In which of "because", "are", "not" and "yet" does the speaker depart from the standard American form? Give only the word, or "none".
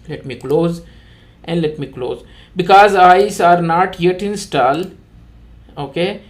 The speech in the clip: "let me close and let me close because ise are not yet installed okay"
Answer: none